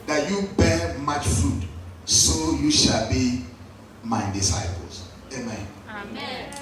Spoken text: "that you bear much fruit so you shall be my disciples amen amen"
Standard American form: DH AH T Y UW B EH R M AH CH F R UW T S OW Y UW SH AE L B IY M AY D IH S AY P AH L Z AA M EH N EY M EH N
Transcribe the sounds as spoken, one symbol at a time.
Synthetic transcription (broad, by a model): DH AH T Y UW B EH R M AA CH F UW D S OW Y UW SH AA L B IY M AY D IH S AY P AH L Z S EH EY M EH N